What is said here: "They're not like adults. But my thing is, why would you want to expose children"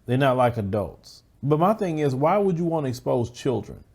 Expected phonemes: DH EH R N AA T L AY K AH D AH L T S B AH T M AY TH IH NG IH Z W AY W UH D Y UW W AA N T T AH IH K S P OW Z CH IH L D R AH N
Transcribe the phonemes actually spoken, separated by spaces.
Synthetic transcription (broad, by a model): DH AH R N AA T L AY K AH D AH L T S B AH T M AY TH IH NG IH Z W AY W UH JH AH W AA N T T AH IH K S P OW Z CH IH L D R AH N